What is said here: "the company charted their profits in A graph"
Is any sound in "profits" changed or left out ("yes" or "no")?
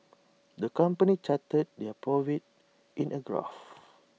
yes